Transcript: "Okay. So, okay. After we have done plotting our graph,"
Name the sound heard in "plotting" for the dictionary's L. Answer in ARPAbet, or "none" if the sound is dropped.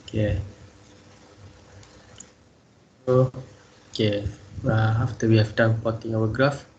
none